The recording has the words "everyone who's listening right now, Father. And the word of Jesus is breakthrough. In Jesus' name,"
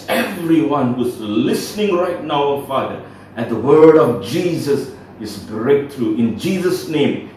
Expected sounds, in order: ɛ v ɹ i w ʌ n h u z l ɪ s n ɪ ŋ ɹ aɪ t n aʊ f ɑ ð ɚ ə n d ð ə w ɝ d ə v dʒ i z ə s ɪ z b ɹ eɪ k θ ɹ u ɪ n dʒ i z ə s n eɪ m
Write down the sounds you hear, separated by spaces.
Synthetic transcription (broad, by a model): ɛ v ɹ i w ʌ n h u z l ɪ s n ɪ ŋ ɹ aɪ t n aʊ f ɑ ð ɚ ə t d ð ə w ɝ d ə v dʒ i z ə s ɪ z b ɹ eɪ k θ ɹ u ɪ n dʒ i z ə s n eɪ m